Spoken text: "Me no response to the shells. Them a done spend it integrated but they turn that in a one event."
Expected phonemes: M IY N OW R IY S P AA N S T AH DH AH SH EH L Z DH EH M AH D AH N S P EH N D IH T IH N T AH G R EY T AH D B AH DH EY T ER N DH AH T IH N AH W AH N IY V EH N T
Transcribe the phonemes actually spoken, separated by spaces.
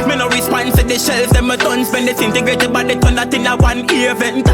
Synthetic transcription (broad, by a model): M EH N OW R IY S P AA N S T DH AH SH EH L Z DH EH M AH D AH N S B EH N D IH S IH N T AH G R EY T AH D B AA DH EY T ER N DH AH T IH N AH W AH N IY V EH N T